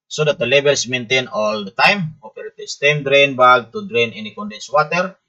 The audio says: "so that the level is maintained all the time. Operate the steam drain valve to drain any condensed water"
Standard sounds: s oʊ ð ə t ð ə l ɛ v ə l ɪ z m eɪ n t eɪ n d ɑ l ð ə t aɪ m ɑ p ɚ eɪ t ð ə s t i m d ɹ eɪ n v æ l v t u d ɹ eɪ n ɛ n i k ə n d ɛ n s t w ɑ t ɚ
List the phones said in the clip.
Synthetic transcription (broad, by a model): s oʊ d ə t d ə l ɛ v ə l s m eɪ n t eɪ n ɑ l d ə t aɪ m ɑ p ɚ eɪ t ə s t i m d ɹ eɪ n b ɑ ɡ t u d ɹ eɪ n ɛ n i k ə n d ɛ n s w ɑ t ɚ